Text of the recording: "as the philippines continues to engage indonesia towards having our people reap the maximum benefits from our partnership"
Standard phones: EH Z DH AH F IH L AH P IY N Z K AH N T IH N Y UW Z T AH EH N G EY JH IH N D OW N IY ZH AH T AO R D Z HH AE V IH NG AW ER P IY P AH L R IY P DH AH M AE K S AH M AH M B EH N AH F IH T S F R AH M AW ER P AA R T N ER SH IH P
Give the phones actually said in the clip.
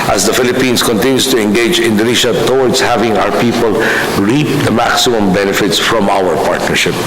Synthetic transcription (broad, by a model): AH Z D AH F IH L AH P IY N S K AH N T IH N Y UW S T AH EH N G EY JH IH N D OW N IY SH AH T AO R D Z HH AE V IH NG AW ER P IY P AH L R IY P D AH M AE K S AH M AH M B EH N AH F IH T S F R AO M AW ER P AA R T N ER SH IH P